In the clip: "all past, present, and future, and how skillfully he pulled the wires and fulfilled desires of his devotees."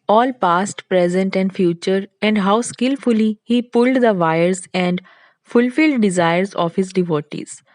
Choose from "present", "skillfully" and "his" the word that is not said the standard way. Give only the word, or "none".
none